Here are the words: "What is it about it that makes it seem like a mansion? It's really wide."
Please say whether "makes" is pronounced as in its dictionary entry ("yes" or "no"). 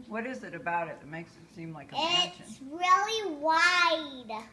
yes